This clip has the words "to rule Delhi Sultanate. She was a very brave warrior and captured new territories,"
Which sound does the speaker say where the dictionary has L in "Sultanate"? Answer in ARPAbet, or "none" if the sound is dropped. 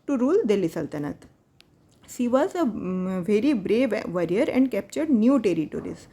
L